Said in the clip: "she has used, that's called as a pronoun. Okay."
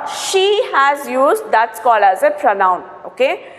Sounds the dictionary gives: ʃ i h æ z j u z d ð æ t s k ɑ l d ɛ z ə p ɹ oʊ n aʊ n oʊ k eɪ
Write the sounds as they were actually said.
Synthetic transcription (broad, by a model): ʃ i h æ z j u z d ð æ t s k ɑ l ʌ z ə p ɹ oʊ n aʊ n oʊ k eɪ